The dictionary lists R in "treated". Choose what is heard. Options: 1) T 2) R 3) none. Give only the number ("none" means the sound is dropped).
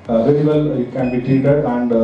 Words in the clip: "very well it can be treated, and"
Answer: 3